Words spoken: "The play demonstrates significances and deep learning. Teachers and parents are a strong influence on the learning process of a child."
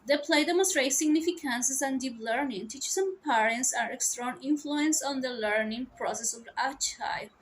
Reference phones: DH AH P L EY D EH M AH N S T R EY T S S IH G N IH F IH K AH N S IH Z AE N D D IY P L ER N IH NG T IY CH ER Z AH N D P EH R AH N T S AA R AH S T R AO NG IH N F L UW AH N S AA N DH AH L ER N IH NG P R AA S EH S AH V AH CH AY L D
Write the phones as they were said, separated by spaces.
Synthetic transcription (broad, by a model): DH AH P L EY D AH M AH S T R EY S S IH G N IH F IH K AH N S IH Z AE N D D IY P L ER N IH NG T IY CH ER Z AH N P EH R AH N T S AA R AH S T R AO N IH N F L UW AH N S AA N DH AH L ER N IH NG P R AA S EH S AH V AH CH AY